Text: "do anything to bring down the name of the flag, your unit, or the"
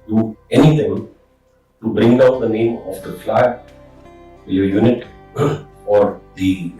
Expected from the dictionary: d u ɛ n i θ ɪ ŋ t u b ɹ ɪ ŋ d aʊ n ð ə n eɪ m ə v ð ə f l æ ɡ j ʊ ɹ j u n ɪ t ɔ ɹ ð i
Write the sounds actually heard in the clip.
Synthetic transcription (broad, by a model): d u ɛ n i t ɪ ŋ t u b ɹ ɪ ŋ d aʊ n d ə n eɪ m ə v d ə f l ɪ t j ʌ j u n ɪ t ɔ ɹ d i